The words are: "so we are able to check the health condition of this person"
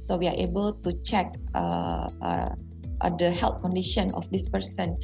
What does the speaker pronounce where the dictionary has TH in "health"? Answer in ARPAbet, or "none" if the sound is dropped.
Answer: T